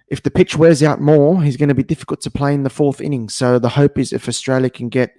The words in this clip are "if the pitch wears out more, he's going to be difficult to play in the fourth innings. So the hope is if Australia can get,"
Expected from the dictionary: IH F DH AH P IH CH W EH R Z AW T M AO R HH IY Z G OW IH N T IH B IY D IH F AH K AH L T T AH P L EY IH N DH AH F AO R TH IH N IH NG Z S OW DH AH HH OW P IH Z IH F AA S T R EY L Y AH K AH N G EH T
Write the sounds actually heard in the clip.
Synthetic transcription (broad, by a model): IH F DH AH P IH CH W EH R Z AW T M AO R HH IY Z G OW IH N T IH B IY D IH F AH K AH L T T AH P L EY IH N DH AH F AO R TH IH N IH NG S OW DH AH HH OW P IH Z IH F AA S T R EY L Y AH K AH N G EH T